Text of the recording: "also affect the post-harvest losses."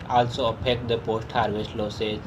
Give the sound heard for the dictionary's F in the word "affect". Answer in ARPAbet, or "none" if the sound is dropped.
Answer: P